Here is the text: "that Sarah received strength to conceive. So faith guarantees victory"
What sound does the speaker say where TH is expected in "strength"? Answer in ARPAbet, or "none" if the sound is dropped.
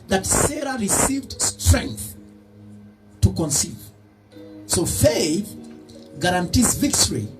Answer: TH